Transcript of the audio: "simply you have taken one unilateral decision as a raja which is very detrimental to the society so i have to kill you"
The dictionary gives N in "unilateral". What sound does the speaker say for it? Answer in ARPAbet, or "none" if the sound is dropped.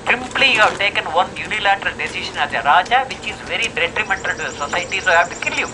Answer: N